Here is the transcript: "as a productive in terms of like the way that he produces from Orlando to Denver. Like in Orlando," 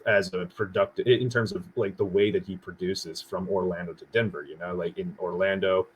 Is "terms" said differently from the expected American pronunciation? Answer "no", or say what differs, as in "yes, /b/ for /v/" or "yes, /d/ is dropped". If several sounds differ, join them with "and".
no